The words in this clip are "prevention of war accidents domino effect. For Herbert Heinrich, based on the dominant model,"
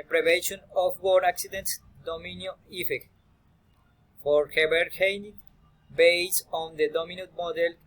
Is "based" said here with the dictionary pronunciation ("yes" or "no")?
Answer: no